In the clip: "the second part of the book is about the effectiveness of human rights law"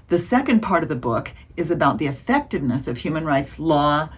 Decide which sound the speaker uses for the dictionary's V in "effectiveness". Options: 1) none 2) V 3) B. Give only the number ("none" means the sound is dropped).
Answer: 2